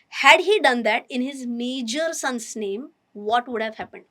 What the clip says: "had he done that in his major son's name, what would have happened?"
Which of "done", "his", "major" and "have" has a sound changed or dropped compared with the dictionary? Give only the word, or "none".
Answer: none